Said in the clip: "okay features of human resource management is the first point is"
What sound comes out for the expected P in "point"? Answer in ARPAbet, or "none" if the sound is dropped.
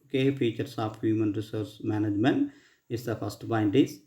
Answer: B